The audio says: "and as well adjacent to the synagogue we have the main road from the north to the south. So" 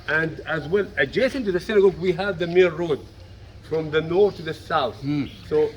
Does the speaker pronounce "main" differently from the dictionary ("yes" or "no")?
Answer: yes